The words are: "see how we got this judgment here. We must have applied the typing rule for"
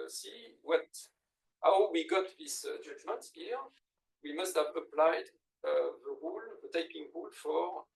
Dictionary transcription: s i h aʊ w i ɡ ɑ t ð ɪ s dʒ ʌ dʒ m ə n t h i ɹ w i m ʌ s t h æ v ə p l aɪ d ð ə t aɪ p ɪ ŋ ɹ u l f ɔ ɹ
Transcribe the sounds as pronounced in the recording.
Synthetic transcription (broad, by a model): s i h aʊ w i ɡ ɑ t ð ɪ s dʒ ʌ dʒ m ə t h i ɹ w i m ʌ s t h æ v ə p l aɪ d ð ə t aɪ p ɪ ŋ ɹ u l f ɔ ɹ